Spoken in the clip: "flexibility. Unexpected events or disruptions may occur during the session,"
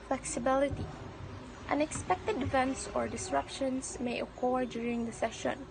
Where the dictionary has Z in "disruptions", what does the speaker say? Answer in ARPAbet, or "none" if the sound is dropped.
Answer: S